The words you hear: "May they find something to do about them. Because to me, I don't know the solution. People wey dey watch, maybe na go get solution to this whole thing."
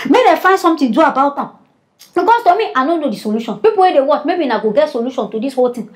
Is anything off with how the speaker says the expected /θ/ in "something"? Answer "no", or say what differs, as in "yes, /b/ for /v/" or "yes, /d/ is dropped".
yes, /t/ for /θ/